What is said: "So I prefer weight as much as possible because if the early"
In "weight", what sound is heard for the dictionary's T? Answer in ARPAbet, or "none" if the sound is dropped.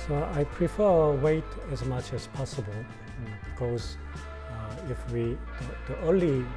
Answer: T